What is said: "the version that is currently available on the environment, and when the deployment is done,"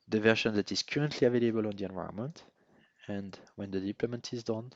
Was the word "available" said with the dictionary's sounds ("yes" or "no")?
yes